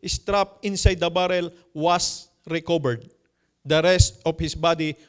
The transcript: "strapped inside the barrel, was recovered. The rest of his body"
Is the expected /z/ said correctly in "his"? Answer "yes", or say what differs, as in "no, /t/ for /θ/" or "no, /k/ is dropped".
no, /s/ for /z/